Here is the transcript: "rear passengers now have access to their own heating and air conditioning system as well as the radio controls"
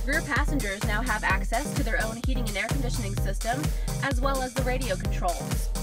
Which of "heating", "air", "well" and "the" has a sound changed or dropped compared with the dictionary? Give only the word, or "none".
none